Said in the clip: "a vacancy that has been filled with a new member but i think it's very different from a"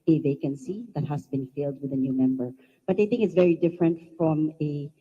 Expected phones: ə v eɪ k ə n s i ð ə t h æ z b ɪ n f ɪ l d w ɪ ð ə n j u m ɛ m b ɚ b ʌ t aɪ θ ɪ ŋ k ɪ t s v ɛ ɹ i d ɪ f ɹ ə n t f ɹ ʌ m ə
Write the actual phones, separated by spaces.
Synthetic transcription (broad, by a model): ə v eɪ k ə n s i ð ə t h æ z b ɪ n f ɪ l d w ɪ ð ə n j u m ɛ m b ɚ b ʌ t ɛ θ ɪ ŋ k ɪ t s v ɛ ɹ i d ɪ f ɹ ə n t f ɹ ʌ m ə